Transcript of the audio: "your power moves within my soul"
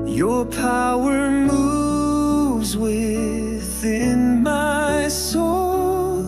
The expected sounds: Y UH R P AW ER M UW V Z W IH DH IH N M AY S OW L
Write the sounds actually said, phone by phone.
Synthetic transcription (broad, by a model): Y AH R P AW ER M UW V Z W IH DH IH N M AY S OW L